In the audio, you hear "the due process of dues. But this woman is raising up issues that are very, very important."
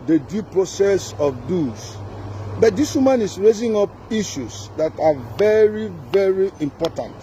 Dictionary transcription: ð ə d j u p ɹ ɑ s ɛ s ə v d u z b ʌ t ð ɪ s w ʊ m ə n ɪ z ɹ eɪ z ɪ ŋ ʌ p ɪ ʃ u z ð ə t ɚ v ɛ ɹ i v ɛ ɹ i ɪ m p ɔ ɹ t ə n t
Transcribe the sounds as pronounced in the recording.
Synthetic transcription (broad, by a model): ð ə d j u p ɹ ɑ s ɛ s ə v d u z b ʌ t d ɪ s w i m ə n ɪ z ɹ eɪ z ɪ ŋ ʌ p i ʃ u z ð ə t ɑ v ɛ ɹ i v ɛ ɹ i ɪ m p ɔ t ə n t